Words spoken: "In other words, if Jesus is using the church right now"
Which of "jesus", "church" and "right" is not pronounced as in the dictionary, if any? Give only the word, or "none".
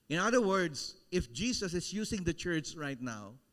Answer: jesus